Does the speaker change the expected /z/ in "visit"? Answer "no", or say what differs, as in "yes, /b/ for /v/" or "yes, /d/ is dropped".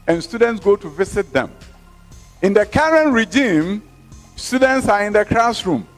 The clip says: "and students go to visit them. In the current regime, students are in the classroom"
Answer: yes, /s/ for /z/